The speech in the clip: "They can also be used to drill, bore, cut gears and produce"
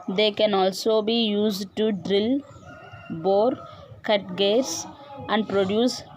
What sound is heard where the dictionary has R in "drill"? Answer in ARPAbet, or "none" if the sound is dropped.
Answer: R